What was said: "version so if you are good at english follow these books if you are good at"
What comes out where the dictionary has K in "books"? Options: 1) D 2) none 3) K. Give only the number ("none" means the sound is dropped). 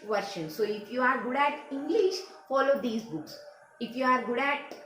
3